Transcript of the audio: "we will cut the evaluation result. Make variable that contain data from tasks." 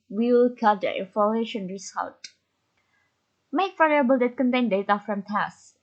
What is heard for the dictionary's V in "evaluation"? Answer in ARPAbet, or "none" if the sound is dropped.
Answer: F